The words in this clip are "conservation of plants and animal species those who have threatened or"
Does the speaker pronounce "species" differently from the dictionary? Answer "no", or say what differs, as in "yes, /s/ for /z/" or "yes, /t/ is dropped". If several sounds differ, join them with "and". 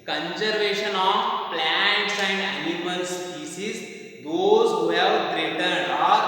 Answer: yes, /s/ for /ʃ/